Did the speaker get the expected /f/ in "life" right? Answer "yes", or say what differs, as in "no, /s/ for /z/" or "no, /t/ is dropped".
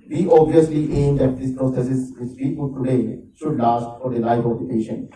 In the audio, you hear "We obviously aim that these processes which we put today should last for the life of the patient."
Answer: no, /p/ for /f/